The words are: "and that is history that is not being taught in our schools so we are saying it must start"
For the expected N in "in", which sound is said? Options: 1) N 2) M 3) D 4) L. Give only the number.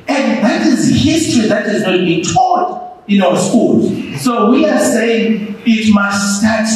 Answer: 1